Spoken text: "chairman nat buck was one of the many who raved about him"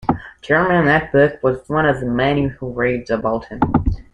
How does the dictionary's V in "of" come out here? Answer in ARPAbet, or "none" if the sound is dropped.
V